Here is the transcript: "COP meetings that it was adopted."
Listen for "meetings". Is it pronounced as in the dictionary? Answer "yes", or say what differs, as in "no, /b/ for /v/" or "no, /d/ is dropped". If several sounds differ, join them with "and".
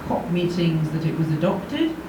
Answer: yes